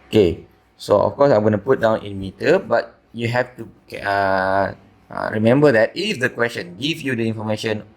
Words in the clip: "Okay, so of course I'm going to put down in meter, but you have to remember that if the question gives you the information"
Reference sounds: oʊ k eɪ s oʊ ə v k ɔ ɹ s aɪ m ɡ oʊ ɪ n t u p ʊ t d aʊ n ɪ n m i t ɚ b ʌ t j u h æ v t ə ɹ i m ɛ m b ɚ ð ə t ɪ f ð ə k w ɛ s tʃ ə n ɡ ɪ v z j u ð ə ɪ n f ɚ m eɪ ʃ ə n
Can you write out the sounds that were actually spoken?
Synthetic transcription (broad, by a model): oʊ k eɪ s oʊ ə f k ɔ s aɪ m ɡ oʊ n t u p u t d aʊ n ɪ n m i t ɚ b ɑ t j u h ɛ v t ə ɹ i m ɛ m b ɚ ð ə t ɪ f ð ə k w ɛ s tʃ ə n ɡ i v j u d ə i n f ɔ m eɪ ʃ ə n